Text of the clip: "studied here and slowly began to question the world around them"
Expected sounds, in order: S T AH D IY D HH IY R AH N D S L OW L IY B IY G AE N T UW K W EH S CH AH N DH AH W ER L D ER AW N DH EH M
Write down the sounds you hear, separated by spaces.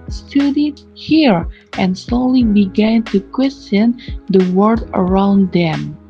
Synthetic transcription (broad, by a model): S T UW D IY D HH IY R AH N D S L OW L IY B IY G AE N T UW K W EH S CH AH N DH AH W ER D ER AW N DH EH M